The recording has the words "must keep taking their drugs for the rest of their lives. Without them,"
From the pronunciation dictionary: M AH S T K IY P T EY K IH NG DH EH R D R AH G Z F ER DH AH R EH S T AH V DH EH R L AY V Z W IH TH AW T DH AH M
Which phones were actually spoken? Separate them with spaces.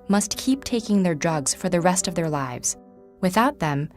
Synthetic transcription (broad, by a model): M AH S T K IY P T EY K IH NG DH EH R D R AH G Z F ER DH AH R EH S T AH V DH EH R L AY V Z W IH TH AW T DH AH M